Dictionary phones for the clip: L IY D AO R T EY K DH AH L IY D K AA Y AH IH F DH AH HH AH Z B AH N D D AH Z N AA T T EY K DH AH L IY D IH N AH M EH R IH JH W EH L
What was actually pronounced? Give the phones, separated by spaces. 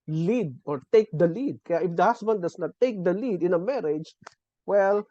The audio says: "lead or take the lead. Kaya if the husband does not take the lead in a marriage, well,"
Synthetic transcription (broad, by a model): L IY D AO R T EY K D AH L IY D K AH Y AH IH F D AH HH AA S B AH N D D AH S N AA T T EY K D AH L IY D IH N AH M EH R IH JH W EH L